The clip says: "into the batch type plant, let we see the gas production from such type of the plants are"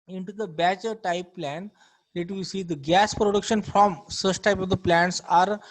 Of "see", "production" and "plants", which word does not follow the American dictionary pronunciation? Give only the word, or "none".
none